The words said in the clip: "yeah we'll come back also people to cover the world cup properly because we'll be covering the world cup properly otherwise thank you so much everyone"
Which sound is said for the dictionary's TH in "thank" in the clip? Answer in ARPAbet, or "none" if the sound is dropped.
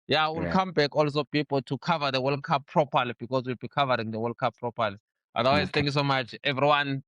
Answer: T